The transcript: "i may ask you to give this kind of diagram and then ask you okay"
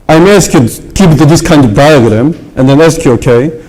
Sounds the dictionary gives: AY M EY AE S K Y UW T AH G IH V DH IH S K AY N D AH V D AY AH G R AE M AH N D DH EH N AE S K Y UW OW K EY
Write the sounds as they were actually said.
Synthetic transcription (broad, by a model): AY M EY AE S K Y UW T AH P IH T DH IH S K AY N D AH V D AY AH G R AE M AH N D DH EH N AE S K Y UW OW K EY